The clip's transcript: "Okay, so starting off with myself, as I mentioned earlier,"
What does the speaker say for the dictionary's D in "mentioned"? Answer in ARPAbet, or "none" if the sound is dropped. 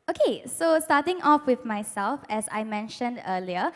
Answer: D